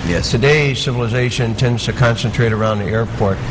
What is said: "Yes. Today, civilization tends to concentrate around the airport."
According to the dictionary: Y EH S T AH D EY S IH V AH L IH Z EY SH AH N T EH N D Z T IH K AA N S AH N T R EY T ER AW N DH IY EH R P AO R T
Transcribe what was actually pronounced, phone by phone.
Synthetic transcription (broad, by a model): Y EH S T AH D EY S IH V AH L IH Z EY SH AH N T EH N D Z T IH K AA N S AH N T R EY T ER AW N DH IY EH R P AO R T